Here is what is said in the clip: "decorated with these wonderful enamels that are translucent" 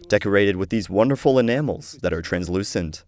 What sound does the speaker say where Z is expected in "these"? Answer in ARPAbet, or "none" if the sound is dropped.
Z